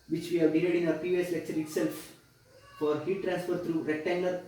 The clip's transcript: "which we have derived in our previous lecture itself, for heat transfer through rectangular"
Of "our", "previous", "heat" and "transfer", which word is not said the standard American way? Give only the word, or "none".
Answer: previous